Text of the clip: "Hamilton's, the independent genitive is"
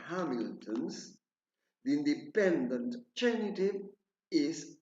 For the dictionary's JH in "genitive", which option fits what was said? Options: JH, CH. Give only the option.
CH